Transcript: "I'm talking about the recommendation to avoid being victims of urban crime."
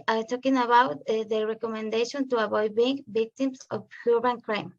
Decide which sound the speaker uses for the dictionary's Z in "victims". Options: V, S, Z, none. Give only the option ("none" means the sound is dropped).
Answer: S